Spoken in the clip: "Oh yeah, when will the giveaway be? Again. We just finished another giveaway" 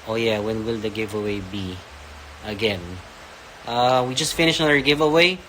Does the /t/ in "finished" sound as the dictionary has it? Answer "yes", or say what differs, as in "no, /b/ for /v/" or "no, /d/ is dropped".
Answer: no, /t/ is dropped